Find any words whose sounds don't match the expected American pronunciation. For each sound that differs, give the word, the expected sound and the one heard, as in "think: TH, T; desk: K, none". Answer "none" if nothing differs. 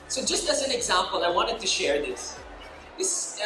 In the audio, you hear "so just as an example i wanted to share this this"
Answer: none